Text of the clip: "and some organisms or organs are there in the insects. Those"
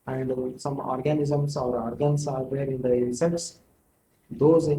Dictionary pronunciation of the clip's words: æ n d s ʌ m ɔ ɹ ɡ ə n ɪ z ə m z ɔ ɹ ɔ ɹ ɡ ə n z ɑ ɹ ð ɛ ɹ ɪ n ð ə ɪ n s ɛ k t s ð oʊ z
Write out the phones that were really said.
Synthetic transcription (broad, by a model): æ n d s ʌ m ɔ ɹ ɡ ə n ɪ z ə m s ɔ ɹ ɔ ɹ ɡ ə n s ɑ ɹ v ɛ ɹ ɪ n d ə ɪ s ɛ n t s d oʊ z